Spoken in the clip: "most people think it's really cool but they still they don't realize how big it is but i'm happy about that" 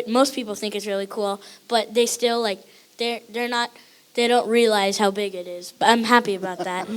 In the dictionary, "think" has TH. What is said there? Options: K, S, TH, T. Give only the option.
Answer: TH